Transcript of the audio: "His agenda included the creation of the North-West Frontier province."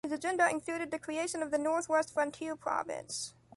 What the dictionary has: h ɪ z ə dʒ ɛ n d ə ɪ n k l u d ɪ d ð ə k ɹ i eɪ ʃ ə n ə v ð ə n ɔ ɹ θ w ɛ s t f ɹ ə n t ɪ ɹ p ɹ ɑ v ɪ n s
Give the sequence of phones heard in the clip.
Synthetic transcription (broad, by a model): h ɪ z ə dʒ ɛ n d ə ɪ n k l u d ɪ d ð ə k ɹ i eɪ ʃ ə n ə v ð ə n ɔ ɹ θ w ɛ s t f ɹ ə n t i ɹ p ɹ ɑ v ɪ n s